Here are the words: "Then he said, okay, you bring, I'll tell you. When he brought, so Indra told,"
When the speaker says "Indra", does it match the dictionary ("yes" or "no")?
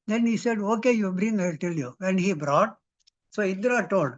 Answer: no